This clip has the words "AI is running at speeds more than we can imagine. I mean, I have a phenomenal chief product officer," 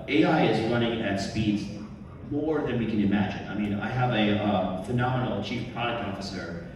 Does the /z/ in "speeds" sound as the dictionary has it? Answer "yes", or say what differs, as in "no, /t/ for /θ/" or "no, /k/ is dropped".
yes